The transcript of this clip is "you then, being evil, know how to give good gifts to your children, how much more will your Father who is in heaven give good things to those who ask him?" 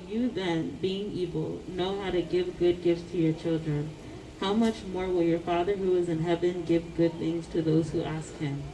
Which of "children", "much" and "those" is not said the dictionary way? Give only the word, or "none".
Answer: none